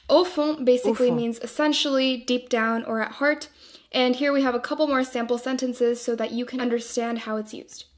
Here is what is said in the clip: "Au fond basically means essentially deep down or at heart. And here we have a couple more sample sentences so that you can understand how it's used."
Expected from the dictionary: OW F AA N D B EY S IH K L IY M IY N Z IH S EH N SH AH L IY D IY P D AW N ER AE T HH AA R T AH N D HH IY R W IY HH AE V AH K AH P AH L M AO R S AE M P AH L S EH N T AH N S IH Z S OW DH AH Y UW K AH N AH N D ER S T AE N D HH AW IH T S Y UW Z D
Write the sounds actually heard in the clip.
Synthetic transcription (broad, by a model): OW F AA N B EY S IH K L IY M IY N Z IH S EH N SH L IY D IY P D AW N ER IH T HH AA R T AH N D HH IY R W IY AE V AH K AH P L M AO R S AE M P L S EH N T AH N S IH Z S OW DH AH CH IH K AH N AH N D ER S T AE N D HH AW IH T S Y UW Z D